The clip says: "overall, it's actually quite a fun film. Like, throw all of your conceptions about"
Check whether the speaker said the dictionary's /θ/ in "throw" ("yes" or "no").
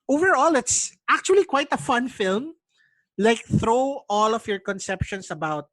yes